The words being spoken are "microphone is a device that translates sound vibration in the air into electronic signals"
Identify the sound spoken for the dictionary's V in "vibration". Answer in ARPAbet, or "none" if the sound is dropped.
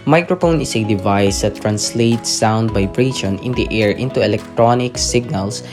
B